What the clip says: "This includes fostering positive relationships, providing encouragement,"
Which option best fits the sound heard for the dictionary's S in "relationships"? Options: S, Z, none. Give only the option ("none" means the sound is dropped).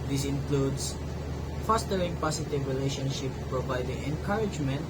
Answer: none